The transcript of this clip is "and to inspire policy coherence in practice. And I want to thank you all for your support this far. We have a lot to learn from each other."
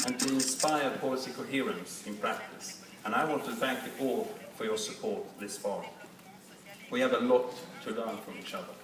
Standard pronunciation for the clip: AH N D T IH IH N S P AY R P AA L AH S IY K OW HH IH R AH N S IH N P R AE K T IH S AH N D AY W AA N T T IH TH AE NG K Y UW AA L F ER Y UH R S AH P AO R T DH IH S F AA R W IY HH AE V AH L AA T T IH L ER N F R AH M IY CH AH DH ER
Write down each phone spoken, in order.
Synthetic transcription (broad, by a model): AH N T IH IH N S P AY R P AA L AH S IY K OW HH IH R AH N S IH N P R AE K T IH S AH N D AY W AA N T T IH TH AE NG K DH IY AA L F ER Y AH R S AH P AO R T DH IH S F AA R W IY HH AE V AH L AA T T IH L ER N F R AH M IY CH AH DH ER